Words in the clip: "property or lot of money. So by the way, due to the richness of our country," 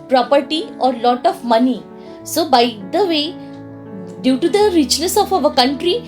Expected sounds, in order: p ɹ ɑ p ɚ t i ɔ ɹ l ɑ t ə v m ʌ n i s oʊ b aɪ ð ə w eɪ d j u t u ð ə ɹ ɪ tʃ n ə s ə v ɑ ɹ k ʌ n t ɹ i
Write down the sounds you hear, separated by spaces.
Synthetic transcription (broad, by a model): p ɹ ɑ p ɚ t i ɔ ɹ l ɑ t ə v m ʌ n i s oʊ b aɪ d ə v eɪ d j u t u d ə ɹ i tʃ l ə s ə f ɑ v k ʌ n t ɹ i